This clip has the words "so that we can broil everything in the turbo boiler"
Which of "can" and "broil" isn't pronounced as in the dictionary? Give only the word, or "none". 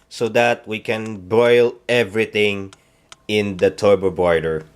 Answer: broil